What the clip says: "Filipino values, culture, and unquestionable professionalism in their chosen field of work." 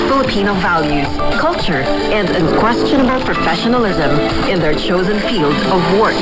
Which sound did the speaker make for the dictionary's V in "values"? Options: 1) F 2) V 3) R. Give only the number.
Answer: 2